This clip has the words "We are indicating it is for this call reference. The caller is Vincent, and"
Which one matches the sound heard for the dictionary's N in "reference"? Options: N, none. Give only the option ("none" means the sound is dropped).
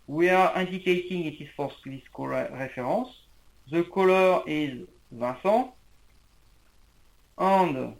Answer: none